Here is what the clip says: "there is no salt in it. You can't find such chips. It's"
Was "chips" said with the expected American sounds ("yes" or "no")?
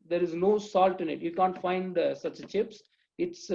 yes